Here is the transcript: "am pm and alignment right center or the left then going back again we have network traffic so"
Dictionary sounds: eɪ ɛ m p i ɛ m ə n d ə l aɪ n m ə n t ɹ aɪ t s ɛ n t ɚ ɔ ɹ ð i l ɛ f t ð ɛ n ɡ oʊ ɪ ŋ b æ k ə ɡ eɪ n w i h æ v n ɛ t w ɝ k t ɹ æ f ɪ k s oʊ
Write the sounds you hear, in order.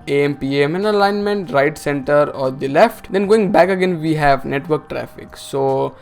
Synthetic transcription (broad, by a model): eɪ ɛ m p i ɛ m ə n ə l aɪ n m ə n t ɹ aɪ t s ɛ n t ɚ ɔ ɹ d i l ɛ f t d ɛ n ɡ oʊ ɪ ŋ b æ k ə ɡ eɪ n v i h æ v n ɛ t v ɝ k t ɹ æ f ɪ k s oʊ